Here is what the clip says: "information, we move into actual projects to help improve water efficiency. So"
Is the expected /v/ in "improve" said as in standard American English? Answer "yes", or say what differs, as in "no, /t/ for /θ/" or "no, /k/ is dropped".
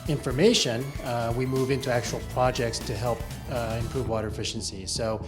yes